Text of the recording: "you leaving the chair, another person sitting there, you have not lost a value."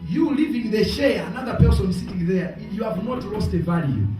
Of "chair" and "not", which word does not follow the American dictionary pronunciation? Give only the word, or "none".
chair